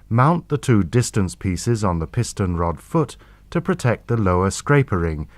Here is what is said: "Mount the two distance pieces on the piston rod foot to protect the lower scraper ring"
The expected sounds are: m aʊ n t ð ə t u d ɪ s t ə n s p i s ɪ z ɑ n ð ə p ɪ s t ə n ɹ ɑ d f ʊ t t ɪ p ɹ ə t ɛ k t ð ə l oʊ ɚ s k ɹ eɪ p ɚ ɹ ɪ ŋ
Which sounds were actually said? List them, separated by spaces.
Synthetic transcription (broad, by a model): m aʊ n ð ə t u d ɪ s t ə n s p i s ɪ z n ð ə p ɪ s t ə n ɹ ɑ d f ʊ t t ɪ p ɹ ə t ɛ k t ð ə l oʊ ɚ s k ɹ eɪ p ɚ ɹ ɪ ŋ